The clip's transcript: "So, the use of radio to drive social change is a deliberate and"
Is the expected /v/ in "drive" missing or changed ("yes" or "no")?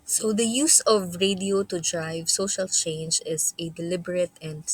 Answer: no